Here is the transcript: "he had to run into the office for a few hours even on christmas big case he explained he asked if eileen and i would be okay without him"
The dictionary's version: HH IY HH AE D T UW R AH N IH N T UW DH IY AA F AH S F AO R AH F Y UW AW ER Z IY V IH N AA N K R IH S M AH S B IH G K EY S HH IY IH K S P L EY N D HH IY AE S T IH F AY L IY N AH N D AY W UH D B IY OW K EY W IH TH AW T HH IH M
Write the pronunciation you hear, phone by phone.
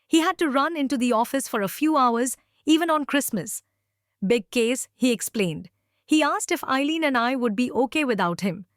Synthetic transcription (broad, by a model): HH IY HH AE D T UW R AH N IH N T UW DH IY AA F AH S F AO R AH F Y UW AW ER Z IY V IH N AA N K R IH S M AH S B IH G K EY S HH IY IH K S P L EY N D HH IY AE S T IH F AY L IY N AH N D AY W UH D B IY OW K EY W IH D AW T HH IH M